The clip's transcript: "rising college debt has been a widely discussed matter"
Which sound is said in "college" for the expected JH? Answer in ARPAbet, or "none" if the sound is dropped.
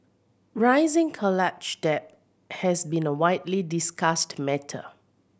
CH